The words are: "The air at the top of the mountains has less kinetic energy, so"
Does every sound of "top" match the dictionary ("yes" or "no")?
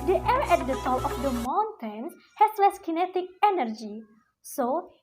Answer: no